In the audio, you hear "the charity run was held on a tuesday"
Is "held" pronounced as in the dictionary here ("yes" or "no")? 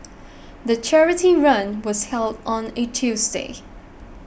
yes